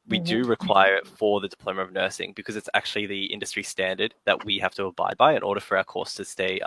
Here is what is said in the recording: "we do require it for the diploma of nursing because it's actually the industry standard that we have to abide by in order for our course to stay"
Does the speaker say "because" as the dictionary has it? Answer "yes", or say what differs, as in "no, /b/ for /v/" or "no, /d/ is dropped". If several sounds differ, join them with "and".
yes